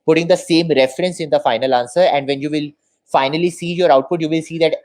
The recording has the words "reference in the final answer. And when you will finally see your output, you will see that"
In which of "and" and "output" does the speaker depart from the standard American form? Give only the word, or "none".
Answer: none